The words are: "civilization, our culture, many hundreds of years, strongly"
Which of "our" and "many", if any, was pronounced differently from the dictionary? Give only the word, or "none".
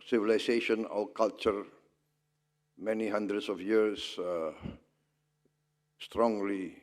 our